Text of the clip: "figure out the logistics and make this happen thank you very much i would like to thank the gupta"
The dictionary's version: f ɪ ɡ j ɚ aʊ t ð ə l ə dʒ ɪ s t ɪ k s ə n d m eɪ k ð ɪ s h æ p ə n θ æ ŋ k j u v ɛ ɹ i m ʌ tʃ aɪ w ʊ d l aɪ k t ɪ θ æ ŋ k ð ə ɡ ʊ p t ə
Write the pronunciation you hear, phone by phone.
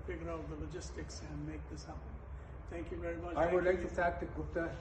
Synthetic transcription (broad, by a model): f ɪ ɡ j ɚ aʊ t ð ə l ə dʒ ɪ s t ɪ k s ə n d m eɪ k ð ɪ s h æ ə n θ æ ŋ k j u v ɛ ɹ i m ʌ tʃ aɪ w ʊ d l aɪ k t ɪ f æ k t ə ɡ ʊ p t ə